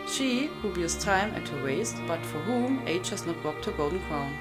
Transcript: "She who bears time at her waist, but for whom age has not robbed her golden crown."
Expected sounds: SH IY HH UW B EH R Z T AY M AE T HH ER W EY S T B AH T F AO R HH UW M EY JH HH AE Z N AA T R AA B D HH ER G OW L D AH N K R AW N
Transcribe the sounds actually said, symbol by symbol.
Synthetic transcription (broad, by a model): SH IY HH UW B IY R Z T AY M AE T HH ER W EY S T B AH T F AO R HH UW M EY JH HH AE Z N AA T W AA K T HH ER G OW L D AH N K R AW N